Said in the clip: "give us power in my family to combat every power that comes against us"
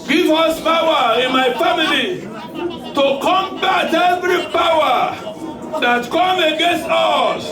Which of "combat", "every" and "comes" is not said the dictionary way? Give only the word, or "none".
comes